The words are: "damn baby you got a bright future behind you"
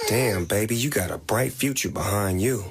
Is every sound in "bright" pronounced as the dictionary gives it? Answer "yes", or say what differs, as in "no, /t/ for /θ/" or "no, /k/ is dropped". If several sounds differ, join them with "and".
yes